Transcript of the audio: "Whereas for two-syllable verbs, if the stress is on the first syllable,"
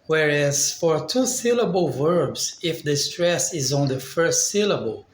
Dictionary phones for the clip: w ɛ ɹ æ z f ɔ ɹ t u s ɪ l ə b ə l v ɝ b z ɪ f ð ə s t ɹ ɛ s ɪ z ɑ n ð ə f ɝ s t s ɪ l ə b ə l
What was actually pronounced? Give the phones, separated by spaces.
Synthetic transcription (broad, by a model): w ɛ ɹ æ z f ɔ ɹ t u s ɪ l ə b ə l v ɝ b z ɪ f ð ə s t ɹ ɛ s ɪ z ɑ n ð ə f ɝ s t s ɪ l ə b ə l